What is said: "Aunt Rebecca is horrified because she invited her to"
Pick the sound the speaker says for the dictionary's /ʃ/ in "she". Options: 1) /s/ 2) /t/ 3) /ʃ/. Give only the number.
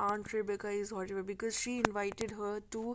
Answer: 3